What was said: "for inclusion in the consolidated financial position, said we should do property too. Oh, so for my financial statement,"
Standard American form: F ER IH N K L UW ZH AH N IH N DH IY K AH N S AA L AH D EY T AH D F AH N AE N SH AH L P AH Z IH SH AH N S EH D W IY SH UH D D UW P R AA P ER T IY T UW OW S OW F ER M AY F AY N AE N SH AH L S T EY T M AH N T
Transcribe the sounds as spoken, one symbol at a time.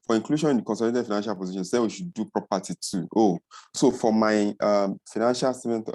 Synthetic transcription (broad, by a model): F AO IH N K L UW SH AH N IH N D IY K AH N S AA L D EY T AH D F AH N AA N SH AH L P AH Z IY SH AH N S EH W IY SH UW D D UW P R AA P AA T IY T UW OW S OW F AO M AY F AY N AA N SH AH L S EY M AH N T